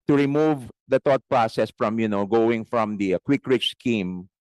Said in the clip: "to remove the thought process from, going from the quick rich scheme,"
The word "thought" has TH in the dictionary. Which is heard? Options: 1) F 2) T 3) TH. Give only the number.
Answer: 2